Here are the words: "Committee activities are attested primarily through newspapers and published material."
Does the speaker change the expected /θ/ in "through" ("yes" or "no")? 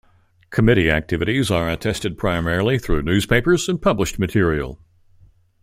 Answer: no